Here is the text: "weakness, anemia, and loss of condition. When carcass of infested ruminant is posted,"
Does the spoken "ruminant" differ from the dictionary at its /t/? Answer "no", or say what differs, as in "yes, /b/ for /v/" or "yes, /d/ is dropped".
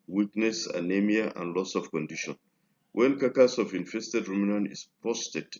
yes, /t/ is dropped